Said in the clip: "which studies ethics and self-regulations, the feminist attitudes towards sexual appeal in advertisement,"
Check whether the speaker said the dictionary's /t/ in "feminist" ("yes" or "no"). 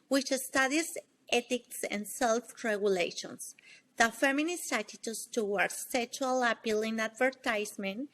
no